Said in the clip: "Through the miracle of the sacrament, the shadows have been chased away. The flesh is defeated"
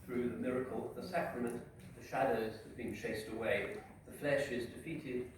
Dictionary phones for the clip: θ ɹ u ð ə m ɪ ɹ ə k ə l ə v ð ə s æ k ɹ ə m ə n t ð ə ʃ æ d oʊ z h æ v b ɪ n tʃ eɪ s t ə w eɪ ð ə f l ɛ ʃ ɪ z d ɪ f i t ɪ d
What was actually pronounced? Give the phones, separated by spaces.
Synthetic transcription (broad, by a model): θ ɹ u ð ə m ɪ ɹ ə k ə l ð ə s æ k ɹ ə m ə n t ð ə ʃ æ d oʊ z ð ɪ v b ɪ n tʃ eɪ s t ə w eɪ ð ə f l ɛ ʃ ɪ z d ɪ f i t ɪ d